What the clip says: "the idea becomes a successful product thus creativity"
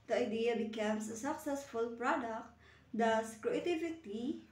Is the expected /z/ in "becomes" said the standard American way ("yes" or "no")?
no